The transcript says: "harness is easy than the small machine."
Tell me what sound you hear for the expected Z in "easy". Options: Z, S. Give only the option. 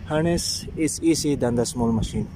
S